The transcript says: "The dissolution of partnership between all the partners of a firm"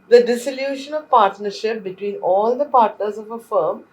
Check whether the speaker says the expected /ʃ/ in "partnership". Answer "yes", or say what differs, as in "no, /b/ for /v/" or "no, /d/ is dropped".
yes